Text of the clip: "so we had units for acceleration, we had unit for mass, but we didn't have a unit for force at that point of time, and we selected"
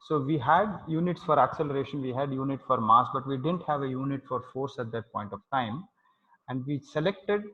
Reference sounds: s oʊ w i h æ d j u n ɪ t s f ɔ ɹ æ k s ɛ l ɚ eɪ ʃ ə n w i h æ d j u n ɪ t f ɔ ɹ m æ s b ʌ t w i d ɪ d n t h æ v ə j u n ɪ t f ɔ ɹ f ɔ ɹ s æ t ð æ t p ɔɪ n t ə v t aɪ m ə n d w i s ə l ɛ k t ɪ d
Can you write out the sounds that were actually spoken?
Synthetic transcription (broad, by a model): s oʊ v i h æ d j u n ɪ t s f ɔ ɹ æ k s ɛ l ɚ eɪ ʃ ə n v i h æ d j u n ɪ t f ɔ ɹ m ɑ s b ʌ t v i d ɪ d n t h æ v ə j u n ɪ t f ɔ ɹ f ɔ ɹ s æ t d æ t p ɔɪ n t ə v t aɪ m ə n d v i s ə l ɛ k t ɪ d